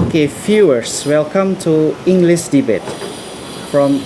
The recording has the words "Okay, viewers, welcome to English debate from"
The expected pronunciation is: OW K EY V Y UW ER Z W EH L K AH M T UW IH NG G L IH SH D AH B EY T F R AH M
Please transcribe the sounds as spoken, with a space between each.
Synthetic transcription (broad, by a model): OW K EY F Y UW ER S W EH L K AH M T UW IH NG G L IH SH D AH B EY T F R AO M